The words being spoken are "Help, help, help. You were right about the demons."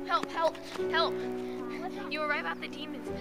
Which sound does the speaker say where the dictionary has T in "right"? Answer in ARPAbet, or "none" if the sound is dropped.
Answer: none